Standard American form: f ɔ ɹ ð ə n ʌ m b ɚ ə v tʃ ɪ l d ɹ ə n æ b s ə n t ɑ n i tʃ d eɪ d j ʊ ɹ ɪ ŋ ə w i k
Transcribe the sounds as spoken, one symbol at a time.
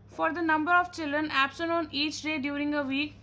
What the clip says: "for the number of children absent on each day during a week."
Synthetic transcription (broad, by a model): f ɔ ɹ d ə n ʌ m b ɚ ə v tʃ ɪ l d ɹ ə n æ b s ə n ɑ n i tʃ d eɪ d j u ɹ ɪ ŋ ə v i k